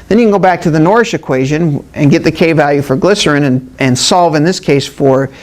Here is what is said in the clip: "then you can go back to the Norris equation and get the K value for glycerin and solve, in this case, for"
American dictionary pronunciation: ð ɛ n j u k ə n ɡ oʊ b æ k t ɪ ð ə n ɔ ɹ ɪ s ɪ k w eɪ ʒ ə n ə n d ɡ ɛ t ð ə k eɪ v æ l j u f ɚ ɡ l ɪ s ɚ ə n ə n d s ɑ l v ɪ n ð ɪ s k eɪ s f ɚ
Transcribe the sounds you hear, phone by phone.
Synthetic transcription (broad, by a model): ð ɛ n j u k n ɡ oʊ b æ k t ɪ ð ə n ɔ ɹ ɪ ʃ ɪ k w eɪ ʒ ə n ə n ɡ ɛ t ð ə k eɪ v æ l j u f ɚ ɡ l ɪ s ɚ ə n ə n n s ɑ l v ɪ n ð ɪ s k eɪ s f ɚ